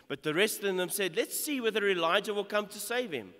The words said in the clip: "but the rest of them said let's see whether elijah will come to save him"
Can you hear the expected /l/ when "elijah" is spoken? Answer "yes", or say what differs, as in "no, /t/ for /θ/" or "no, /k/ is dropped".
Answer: yes